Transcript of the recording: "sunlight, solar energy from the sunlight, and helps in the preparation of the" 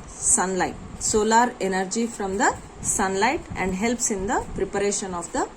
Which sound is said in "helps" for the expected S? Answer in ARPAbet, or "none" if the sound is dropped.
S